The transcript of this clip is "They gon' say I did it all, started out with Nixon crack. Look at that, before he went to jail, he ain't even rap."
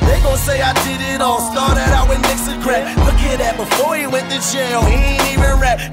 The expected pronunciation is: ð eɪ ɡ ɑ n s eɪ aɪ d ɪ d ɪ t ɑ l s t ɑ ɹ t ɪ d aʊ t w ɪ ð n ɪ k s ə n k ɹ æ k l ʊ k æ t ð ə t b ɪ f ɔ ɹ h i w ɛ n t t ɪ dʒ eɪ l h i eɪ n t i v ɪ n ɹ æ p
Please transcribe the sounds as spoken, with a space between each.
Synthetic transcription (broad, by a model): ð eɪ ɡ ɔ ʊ s eɪ aɪ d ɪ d ɪ t ɑ l s t ɑ ɹ t ɪ d aʊ t w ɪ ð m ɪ k s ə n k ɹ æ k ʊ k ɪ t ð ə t b ɪ f ɔ ɹ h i w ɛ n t t ɪ tʃ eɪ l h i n i v ɪ n ɹ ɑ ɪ